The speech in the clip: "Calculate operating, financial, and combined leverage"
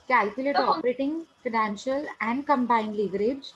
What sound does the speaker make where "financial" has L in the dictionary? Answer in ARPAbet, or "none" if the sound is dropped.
L